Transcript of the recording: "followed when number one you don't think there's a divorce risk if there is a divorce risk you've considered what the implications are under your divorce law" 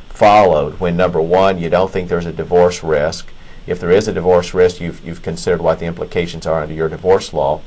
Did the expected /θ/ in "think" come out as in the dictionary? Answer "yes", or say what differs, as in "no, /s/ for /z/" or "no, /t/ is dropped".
yes